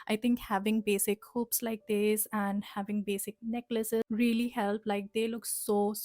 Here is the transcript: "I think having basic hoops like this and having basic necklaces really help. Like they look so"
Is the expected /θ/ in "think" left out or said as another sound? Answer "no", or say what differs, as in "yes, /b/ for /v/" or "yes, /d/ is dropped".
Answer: yes, /t/ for /θ/